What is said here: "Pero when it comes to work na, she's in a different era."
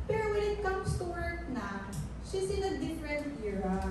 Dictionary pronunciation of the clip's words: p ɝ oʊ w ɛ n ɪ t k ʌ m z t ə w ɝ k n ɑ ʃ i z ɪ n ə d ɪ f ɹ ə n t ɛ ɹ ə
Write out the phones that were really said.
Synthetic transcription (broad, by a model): p ɝ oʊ w ɛ n ɪ t k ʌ m s t ə w ɝ k n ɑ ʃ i s ɪ n ə d ɪ f ɹ ə n t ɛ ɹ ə